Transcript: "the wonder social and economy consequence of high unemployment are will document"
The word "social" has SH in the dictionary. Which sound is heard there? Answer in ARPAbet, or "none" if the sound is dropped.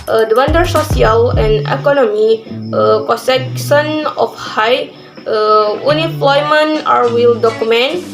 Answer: S